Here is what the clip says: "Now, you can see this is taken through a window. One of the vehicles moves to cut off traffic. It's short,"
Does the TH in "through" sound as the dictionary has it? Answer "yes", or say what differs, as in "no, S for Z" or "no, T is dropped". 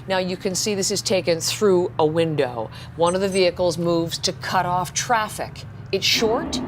yes